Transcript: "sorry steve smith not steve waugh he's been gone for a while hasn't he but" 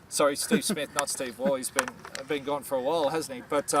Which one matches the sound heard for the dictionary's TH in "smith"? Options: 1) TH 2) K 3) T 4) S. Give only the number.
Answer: 1